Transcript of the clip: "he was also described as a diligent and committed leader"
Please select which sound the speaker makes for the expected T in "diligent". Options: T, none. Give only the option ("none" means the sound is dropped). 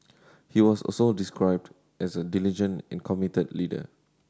none